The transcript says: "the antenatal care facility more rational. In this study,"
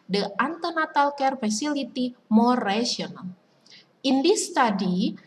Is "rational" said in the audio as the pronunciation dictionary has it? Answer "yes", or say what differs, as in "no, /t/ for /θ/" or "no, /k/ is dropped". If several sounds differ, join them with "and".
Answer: no, /ʃ/ is dropped